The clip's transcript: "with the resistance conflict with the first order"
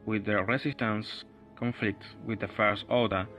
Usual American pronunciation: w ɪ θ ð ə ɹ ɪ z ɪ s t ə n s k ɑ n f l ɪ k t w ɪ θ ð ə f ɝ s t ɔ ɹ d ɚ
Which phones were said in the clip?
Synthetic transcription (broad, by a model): w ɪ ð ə ɹ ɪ s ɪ s t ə n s k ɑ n f l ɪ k t w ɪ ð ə f ɝ s t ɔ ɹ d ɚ